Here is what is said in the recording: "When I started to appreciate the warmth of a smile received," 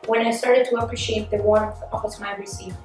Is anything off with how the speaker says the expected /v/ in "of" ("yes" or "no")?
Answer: yes